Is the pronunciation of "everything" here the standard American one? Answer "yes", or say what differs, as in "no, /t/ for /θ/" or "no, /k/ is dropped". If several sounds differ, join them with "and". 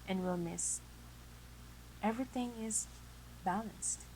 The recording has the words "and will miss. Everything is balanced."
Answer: yes